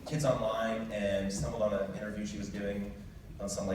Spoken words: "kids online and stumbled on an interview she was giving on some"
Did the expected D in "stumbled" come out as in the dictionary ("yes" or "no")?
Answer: no